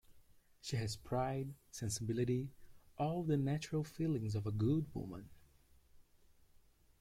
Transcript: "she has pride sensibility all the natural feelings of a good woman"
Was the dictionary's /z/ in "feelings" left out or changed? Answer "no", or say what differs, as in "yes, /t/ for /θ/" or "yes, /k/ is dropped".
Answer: no